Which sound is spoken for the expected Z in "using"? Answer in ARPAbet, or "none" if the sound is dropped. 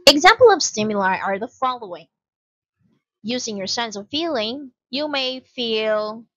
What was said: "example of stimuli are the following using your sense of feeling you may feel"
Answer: Z